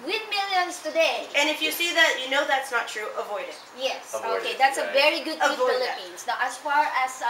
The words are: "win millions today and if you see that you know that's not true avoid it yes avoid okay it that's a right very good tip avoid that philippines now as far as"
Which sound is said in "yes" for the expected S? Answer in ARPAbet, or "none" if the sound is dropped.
S